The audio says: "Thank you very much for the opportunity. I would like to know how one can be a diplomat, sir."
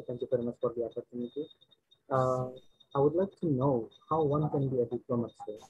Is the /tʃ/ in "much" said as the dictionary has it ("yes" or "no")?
no